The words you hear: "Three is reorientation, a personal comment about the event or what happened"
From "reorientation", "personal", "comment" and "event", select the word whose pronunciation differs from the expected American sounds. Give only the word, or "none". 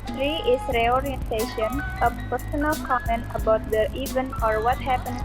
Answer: event